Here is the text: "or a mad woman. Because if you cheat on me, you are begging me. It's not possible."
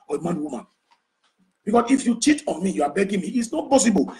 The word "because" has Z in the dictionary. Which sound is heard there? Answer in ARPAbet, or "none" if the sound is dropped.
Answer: S